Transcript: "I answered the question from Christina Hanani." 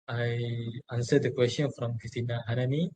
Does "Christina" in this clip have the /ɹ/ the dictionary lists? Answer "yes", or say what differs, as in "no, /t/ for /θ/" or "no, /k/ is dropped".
no, /ɹ/ is dropped